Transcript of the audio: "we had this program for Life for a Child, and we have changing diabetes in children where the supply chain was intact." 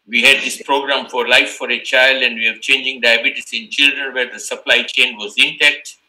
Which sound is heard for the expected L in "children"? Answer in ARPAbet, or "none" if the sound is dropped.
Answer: L